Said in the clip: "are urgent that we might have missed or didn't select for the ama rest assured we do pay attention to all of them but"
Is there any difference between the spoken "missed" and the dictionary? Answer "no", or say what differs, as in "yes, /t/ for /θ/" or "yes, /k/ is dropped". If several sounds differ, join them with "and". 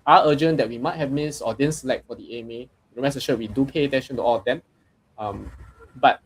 yes, /t/ is dropped